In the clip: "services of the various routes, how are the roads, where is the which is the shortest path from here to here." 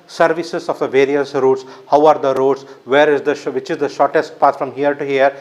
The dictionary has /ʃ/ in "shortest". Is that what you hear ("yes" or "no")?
yes